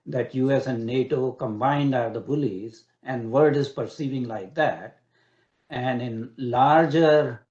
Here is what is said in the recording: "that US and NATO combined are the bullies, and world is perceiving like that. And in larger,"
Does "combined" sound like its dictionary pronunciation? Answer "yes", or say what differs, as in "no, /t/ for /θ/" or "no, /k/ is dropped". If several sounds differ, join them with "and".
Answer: yes